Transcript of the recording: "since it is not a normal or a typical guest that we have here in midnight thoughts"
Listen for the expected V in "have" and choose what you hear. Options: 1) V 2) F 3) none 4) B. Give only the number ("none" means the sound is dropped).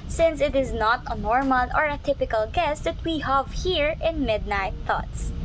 1